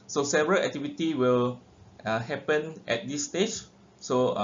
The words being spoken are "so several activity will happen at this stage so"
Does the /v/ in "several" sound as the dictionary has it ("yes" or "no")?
yes